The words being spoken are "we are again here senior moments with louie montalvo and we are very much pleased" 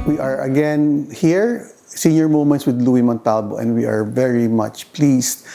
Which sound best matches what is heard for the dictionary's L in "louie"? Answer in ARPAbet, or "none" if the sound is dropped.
L